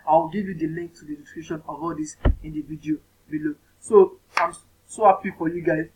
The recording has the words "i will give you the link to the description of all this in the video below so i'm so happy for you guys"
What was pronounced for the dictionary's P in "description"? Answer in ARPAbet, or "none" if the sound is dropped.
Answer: none